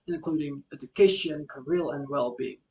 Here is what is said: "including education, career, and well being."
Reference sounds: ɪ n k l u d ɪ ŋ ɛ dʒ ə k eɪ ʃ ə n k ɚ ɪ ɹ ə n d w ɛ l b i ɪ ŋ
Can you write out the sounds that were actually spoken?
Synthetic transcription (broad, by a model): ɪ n k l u d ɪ ŋ ɛ dʒ ə k eɪ ʃ ə n k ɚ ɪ l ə n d w ɛ l b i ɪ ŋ